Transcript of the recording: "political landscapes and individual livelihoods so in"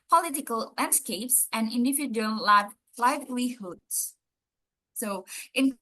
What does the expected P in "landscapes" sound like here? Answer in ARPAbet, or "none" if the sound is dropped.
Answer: P